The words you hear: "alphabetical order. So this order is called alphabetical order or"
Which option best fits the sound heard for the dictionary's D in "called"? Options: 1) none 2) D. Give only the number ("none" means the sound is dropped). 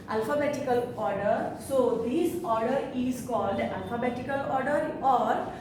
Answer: 2